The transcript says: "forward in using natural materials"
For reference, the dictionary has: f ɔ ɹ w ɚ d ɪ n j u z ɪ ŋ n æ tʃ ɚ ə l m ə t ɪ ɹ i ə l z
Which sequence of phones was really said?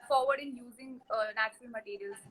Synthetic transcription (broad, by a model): f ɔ ɹ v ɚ d ɪ n j u z ɪ ŋ n æ tʃ ɚ ə l m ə t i ɹ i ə l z